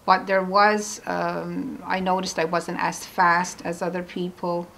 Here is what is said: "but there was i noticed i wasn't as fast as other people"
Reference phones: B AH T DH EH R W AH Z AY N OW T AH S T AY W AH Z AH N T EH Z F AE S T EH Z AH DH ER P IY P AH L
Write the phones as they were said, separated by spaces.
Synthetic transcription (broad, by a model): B AH T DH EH R W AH Z AY N OW T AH S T AY W AH Z AH N T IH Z F AE S T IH Z AH DH ER P IY P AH L